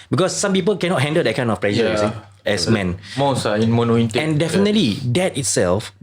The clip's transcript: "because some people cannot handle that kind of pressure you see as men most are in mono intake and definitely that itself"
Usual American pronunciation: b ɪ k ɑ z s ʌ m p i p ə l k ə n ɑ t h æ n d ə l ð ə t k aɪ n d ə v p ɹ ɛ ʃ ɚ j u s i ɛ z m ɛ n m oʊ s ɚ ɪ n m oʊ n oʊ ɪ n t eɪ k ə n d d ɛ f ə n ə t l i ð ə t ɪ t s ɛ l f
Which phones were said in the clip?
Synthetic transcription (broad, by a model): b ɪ k ɑ s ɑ m p i p ə l k ə n ɑ t h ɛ n d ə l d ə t k aɪ n ə f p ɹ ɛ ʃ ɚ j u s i ɛ s m ɛ n m oʊ s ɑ ɪ n m oʊ n oʊ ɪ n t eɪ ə n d d ɛ f ə n ə t l i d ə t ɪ t s ɛ l f